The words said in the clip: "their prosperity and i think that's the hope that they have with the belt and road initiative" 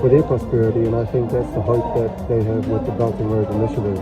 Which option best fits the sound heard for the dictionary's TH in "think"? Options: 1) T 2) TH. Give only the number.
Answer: 2